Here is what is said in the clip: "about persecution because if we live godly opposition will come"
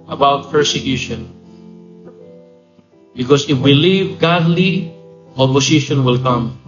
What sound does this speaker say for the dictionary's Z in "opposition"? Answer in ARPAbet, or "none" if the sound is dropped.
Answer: S